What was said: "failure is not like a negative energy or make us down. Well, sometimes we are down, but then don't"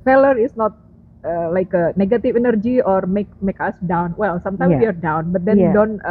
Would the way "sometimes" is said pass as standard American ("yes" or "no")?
no